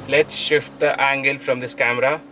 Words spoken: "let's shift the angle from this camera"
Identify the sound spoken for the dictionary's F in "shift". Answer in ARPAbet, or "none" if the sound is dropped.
F